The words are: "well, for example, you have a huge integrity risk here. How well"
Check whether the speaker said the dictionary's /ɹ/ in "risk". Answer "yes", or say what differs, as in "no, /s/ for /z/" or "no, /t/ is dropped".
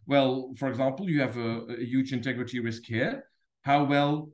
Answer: no, /w/ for /ɹ/